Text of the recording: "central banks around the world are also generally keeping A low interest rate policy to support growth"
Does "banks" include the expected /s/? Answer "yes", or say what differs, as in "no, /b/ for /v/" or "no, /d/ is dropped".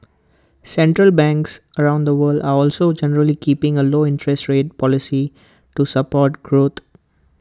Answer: yes